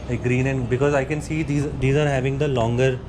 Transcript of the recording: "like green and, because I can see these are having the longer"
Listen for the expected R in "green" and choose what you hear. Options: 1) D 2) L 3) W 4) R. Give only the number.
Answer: 4